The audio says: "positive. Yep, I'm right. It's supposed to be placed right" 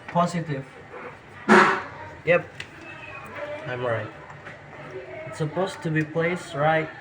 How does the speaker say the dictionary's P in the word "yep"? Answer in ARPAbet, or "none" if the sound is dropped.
P